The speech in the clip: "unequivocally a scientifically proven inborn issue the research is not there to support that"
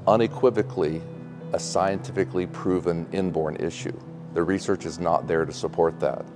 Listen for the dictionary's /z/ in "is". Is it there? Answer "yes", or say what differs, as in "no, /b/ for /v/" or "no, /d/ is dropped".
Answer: yes